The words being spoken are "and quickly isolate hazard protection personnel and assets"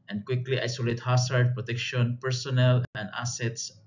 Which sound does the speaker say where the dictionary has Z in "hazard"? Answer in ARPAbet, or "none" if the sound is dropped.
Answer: S